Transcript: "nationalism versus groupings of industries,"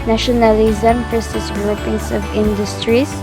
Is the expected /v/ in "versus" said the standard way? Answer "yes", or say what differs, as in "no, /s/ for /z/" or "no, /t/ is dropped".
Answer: no, /p/ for /v/